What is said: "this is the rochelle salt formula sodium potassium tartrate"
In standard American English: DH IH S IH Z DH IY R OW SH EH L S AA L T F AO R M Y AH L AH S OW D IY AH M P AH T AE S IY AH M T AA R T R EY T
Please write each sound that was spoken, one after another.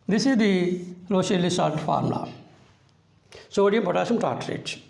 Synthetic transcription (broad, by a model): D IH S IH Z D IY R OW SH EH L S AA T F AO R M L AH S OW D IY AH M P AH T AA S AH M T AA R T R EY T